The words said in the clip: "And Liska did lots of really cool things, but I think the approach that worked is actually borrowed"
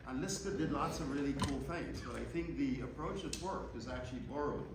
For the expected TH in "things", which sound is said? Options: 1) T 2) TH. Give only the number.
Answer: 2